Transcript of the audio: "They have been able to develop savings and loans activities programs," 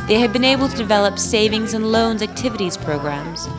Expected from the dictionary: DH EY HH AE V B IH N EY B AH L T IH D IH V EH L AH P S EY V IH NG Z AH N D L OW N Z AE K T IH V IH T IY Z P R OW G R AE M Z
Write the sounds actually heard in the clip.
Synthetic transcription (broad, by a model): DH EY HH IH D B IH N EY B L T IH D IH V EH L AH P S EY V IH NG Z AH N L OW N Z AE K T IH V IH T IY Z P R OW G R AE M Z